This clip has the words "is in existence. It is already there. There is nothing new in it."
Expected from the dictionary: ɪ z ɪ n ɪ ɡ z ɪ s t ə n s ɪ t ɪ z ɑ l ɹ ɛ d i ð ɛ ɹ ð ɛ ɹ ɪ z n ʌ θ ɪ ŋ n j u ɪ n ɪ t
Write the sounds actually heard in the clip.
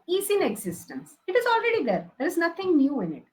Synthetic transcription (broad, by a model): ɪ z ɪ n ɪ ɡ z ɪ s t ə n s ɪ t ɪ z ɑ l ɹ ɛ d i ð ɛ ɹ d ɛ ɹ ɪ z n ʌ t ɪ ŋ n j u ɪ n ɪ t